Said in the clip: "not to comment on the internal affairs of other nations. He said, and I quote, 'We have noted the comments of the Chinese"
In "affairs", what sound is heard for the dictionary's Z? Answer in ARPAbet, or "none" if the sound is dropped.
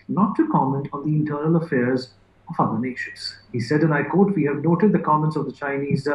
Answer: Z